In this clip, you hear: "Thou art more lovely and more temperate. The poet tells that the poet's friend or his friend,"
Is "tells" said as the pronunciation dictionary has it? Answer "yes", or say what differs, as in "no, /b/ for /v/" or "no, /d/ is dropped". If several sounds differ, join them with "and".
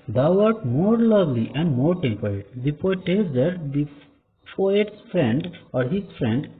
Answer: no, /l/ is dropped